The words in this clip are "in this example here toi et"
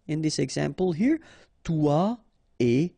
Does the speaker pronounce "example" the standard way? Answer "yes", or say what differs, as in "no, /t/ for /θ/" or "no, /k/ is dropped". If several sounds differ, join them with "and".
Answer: yes